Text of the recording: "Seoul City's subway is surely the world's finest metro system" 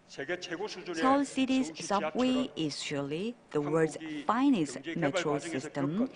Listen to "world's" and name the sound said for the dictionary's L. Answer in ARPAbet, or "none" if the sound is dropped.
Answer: none